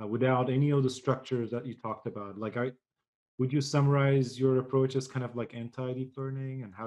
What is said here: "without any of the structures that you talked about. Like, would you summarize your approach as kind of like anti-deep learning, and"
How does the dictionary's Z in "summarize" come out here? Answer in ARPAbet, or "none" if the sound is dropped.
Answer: Z